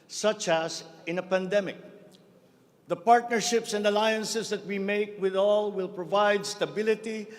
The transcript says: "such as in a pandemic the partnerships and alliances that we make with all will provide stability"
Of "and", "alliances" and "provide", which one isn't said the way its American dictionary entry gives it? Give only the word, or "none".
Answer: alliances